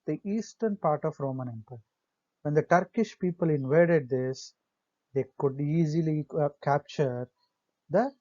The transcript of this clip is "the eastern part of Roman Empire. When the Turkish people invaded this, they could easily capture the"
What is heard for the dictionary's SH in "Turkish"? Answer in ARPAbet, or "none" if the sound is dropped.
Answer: SH